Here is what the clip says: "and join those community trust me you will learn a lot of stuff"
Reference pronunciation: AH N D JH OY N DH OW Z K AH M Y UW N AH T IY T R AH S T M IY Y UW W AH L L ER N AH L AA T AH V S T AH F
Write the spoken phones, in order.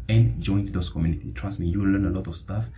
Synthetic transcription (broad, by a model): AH N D JH OY N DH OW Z K AH M Y UW N AH T IY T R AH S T M IY Y UW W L L ER N AH L AA T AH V S T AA F